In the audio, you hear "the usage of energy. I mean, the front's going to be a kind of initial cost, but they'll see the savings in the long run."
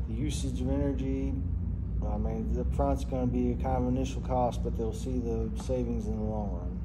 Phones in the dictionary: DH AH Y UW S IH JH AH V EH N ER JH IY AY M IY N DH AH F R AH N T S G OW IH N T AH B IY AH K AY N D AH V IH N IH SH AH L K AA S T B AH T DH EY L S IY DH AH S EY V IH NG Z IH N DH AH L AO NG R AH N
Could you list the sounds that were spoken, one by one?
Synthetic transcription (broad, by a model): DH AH Y UW S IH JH AH V EH N ER JH IY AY M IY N DH AH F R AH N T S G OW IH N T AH B IY AH K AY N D AH V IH N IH SH L K AA S T B AH T DH EY L S IY DH AH S EY V IH NG Z IH N DH AH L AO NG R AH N